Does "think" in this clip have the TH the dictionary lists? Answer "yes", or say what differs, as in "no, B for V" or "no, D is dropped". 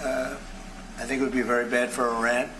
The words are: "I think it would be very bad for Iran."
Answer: yes